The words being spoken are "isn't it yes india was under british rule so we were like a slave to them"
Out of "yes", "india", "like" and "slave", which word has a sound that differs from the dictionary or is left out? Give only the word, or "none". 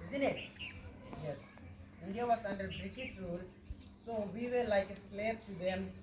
slave